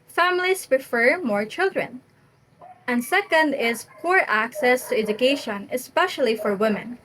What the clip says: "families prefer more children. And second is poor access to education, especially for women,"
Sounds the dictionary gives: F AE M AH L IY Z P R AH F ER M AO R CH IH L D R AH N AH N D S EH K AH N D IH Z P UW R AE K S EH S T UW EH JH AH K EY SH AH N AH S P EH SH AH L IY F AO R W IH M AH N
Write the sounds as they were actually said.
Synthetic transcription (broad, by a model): F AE M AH L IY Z P R AH F ER M AO R CH IH L D R AH N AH N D S EH K AH N D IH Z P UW R AE K S EH S T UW EH JH AH K EY SH AH N AH S P EH SH AH L IY F AO R W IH M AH N